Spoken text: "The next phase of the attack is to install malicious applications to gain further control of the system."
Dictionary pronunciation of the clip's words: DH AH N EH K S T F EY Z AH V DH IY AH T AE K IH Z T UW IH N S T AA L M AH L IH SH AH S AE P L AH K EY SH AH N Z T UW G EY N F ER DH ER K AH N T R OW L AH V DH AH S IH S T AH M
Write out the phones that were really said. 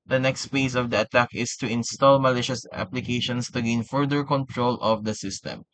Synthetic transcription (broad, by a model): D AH N EH K S T P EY S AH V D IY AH T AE K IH S T UW IH N S T AA L M AH L IH SH AH S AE P L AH K EY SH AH N S T UW G EY N F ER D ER K AH N T R OW L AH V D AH S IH S T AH M